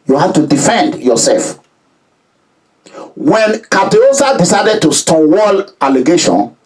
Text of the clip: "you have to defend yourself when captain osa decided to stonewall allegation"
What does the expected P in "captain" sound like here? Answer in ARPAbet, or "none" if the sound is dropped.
none